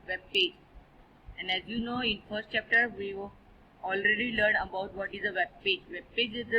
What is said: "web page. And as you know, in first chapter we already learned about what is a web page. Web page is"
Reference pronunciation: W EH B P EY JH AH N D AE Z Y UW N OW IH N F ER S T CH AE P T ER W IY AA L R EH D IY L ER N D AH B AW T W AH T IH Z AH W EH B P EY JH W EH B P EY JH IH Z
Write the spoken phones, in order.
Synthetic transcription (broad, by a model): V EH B P EY JH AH N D AE Z Y UW N OW IH N F ER S T CH AE P T ER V IY AA L R EH D IY L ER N AH B AW T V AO T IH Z AH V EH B P EY JH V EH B P EY JH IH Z